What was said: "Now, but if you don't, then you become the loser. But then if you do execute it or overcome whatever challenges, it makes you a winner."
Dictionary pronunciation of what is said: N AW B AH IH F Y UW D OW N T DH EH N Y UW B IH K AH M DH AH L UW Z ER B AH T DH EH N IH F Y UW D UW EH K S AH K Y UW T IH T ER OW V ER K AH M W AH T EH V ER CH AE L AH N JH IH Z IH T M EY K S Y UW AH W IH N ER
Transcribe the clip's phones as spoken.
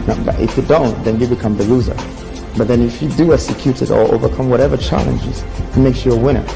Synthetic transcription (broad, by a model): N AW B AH IH F Y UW D OW N T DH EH N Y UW B IH K AH M DH AH L UW Z ER B AH T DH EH N IH F Y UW D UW EH K S AH K Y UW T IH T ER OW V ER K AH M W AH T EH V ER CH AE L AH N JH IH Z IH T M EY K S Y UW AH W IH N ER